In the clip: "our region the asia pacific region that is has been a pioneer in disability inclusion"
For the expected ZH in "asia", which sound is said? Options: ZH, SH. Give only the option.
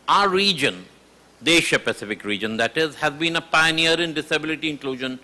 SH